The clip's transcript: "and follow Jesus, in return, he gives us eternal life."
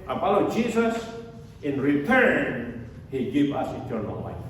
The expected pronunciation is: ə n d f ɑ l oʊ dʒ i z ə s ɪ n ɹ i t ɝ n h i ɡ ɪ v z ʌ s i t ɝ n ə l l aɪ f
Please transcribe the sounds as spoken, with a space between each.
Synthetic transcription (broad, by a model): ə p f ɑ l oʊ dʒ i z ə s ɪ n ɹ i t ɝ n h i ɡ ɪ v ʌ s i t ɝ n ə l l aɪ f